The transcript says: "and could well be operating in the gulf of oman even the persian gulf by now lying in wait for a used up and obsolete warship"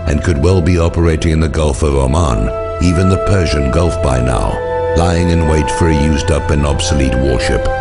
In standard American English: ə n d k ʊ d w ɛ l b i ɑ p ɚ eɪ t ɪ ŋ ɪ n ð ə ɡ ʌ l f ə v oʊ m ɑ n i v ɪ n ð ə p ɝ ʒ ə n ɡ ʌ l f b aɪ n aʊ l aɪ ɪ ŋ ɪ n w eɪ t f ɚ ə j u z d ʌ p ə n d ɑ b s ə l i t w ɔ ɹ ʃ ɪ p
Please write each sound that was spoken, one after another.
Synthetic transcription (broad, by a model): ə n k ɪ d w ɛ l b i ɑ p ɚ eɪ t ɪ ŋ ɪ n ð ə ɡ ʌ l f ə v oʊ m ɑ n i v ɪ n ð ə p ɝ ʒ ə n ɡ ʌ l f b aɪ n aʊ l aɪ ɪ ŋ ɪ n w eɪ t f ɚ ə j u z d ʌ p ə n ɑ b s ə l i t w ɔ ɹ ʃ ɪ p